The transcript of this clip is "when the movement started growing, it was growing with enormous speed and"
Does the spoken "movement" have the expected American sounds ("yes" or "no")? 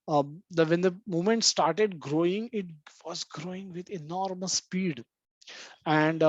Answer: no